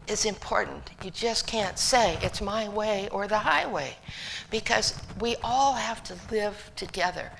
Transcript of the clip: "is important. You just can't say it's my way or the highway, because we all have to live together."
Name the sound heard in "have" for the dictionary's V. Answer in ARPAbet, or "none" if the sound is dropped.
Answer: F